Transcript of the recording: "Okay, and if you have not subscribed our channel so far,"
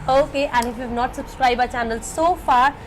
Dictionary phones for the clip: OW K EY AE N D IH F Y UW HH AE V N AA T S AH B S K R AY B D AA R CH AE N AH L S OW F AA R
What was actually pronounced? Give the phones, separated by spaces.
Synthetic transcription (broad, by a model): OW K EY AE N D IH F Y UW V N AA T S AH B S K R AY B AA CH AE N AH L S OW F AA R